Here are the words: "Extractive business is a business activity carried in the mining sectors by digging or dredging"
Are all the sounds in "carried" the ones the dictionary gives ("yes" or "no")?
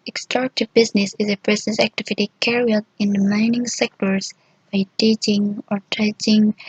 no